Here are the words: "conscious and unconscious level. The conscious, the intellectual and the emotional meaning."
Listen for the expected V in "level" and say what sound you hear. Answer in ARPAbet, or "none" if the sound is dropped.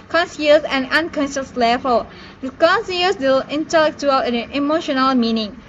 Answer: F